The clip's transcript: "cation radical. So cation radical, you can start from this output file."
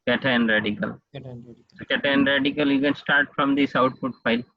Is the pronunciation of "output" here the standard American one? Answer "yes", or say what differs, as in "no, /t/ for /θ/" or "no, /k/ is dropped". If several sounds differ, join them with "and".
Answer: no, /f/ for /p/